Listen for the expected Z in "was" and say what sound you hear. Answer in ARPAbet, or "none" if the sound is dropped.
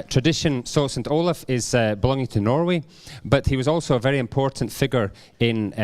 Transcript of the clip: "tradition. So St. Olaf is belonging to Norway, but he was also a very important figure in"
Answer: Z